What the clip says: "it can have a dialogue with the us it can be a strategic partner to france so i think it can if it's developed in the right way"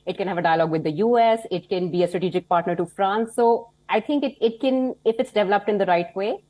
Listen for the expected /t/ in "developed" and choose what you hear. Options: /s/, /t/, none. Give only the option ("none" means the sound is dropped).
/t/